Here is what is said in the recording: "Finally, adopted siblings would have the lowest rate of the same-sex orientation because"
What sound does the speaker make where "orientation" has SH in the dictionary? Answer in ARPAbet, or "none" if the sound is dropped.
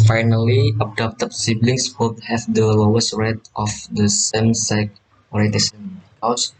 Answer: S